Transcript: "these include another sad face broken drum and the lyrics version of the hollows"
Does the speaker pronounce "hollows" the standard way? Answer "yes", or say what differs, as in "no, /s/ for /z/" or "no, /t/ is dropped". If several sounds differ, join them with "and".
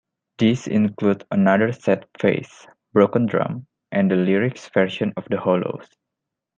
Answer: no, /s/ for /z/